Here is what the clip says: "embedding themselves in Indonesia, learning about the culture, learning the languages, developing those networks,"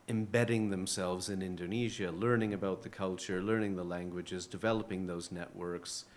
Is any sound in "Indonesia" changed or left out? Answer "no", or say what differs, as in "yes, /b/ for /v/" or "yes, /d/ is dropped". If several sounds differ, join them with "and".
no